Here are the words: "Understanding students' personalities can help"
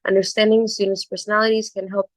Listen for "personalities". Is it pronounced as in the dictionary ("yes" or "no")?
yes